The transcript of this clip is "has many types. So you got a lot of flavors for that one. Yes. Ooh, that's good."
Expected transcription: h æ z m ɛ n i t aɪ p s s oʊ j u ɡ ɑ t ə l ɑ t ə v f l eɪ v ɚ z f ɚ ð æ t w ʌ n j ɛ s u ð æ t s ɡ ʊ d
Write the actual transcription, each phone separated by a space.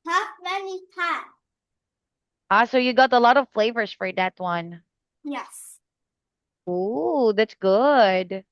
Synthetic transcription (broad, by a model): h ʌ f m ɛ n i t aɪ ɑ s s oʊ j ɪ ɡ ɑ t ə l ɑ t ə v f l eɪ v ɚ z f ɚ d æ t w ʌ n j ɛ s u ð æ t s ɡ ʊ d